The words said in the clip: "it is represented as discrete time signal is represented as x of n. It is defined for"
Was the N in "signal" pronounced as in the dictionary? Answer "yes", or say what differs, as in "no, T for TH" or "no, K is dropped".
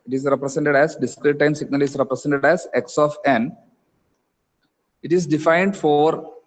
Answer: yes